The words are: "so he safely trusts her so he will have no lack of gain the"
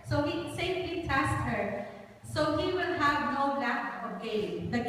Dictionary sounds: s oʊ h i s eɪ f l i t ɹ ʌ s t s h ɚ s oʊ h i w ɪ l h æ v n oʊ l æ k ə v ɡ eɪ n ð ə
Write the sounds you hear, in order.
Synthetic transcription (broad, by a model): s oʊ h i s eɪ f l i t æ s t h ɚ s oʊ h i w ɪ l h æ v n oʊ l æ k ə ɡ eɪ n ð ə